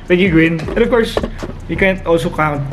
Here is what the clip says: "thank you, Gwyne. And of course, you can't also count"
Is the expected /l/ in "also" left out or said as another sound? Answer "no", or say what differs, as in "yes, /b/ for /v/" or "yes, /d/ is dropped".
no